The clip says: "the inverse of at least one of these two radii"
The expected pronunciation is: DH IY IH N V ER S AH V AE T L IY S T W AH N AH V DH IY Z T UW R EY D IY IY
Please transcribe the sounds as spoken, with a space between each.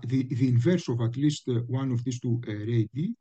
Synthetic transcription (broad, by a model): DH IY IH N V ER S AH V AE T L IY S T W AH N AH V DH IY S T UW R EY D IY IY